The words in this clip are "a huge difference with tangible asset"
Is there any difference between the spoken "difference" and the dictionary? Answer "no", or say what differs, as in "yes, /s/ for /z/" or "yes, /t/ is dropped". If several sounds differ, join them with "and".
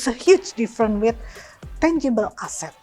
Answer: yes, /s/ is dropped